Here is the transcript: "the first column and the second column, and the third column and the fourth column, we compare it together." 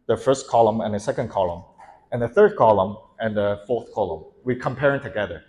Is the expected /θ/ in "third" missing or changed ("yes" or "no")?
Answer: no